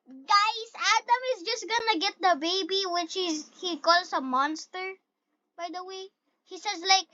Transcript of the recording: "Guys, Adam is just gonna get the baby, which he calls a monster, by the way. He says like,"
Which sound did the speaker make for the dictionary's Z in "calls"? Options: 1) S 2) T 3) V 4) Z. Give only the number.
1